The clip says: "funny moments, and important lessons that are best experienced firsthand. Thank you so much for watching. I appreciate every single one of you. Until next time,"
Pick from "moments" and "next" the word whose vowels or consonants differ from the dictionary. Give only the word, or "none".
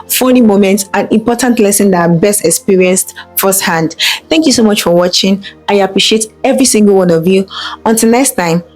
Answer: moments